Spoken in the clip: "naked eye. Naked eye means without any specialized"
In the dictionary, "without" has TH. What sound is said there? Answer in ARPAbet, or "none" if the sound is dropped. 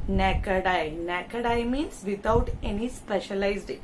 T